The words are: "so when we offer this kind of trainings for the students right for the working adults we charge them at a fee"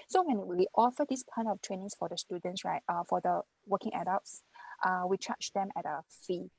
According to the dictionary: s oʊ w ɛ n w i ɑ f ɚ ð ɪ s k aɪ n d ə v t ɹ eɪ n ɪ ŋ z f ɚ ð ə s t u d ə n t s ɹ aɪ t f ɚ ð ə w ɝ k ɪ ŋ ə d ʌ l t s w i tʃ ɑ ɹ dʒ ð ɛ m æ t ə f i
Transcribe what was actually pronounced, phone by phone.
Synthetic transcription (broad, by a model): s oʊ w ɛ n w i ɑ f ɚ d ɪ s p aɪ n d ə f t ɹ eɪ n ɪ ŋ s f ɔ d ə s t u d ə n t s ɹ aɪ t f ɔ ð ə w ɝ k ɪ ŋ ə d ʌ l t s w i tʃ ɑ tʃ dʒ ɛ m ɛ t ə f i